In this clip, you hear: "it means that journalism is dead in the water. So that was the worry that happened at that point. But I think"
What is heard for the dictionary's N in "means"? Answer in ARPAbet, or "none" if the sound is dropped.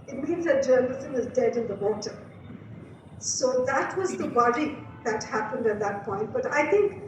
N